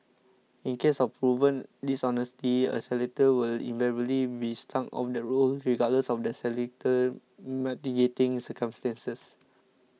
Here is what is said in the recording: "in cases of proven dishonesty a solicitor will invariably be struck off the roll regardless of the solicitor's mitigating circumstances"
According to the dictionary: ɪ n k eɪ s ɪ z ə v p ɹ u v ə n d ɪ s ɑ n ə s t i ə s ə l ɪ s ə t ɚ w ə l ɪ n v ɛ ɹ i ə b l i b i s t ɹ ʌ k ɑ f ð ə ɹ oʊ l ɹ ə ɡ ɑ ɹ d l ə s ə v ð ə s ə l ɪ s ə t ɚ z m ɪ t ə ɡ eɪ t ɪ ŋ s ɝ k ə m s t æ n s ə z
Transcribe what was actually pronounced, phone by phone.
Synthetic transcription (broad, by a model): ɪ n k eɪ s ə f p ɹ u v ə n d ɪ s ɑ n ə s t i ə s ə l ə t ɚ w ə l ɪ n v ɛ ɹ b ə l i b i s t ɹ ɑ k ɑ f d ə ɹ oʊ l ɹ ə ɡ ɑ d l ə s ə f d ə s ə l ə t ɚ m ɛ t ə ɡ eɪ t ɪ ŋ s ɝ k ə m s t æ n s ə s